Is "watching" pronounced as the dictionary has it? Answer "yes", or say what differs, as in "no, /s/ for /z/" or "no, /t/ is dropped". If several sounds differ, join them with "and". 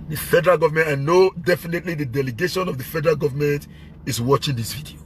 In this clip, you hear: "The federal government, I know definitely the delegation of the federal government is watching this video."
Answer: yes